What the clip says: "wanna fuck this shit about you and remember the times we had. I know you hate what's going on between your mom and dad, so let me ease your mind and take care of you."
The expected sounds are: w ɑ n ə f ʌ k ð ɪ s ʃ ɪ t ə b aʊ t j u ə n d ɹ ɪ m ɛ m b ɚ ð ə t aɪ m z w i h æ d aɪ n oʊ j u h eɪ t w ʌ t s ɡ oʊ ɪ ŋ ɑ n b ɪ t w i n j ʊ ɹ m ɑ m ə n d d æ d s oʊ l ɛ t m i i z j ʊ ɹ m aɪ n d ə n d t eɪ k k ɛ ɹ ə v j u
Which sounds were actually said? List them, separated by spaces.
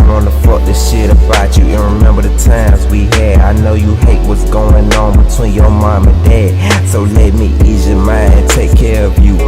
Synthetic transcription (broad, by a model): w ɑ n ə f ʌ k ð ɪ s ʃ ɪ t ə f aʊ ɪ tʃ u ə n ɹ ɪ m ɛ m b ɚ ð ə t aɪ m z w i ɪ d aɪ n oʊ j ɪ h eɪ t w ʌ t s ɡ oʊ ɪ ŋ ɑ n b ɪ t w i n j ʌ ɹ m ɑ m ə n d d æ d s oʊ l ɛ t m i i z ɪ m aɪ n ə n t eɪ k k ɛ ɹ ə v j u